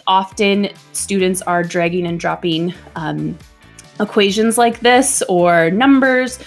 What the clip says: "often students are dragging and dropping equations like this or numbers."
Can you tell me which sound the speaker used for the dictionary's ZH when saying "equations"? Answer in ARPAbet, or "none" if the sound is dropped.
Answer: ZH